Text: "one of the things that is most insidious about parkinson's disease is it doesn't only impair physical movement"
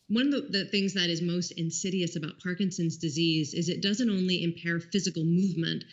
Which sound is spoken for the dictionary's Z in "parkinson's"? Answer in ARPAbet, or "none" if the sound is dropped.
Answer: Z